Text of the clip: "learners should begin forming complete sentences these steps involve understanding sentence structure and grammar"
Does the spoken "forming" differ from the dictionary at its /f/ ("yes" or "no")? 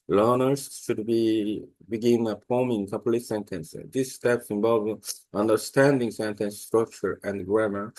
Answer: yes